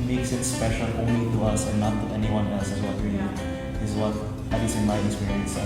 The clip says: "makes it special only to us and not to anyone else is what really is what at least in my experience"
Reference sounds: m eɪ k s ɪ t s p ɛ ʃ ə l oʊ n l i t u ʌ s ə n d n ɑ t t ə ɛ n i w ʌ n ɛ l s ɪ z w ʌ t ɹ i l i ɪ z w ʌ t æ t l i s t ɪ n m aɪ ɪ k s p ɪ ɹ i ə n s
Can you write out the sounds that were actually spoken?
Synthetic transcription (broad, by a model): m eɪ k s ɪ t s p ɛ ʃ ə l oʊ n l i t u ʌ s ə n n ɑ t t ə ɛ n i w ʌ n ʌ s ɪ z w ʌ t ɹ i l i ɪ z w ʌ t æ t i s ɪ n m aɪ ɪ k s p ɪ ɹ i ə n s